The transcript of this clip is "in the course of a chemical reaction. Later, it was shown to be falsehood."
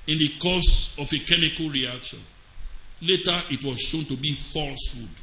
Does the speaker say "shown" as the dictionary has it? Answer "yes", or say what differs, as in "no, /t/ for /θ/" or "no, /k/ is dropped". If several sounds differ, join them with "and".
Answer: yes